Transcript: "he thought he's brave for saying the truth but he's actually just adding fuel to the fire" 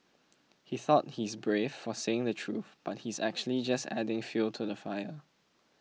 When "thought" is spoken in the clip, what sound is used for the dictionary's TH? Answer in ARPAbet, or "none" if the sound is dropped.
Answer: TH